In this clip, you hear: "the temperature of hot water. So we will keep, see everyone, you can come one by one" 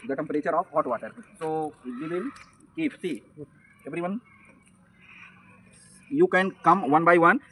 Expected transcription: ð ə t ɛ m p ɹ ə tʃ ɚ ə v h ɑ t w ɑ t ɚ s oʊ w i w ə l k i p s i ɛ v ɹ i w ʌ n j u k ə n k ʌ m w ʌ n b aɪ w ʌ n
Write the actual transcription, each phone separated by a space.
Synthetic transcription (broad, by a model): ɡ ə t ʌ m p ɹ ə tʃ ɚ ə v h ɑ t w ɑ t ɚ s oʊ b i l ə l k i f s i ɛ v ɹ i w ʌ n j u k ə n k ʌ m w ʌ n b aɪ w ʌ n